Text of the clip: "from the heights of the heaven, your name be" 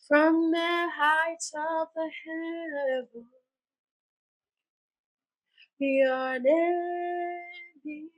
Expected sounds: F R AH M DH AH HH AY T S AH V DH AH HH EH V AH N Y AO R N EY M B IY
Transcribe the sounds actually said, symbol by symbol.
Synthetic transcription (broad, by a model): F R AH M DH AH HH AY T AH V DH AH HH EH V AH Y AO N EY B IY